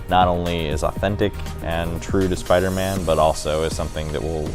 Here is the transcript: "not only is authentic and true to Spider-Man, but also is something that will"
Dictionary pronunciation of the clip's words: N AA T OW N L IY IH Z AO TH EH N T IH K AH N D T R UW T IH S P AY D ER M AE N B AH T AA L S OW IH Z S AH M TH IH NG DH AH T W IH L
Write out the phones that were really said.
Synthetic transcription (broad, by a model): N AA T OW N L IY IH Z AO TH EH N T IH K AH N T R UW T IH S P AY D ER M AE N B AH T AA L S OW IH Z S AH M TH IH NG DH AH T W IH L